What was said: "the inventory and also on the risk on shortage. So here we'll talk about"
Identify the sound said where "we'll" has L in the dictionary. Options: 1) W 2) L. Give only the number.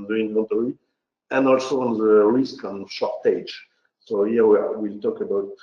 2